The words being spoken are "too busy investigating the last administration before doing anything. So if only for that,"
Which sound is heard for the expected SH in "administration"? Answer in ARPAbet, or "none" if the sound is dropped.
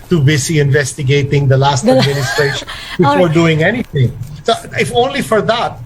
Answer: none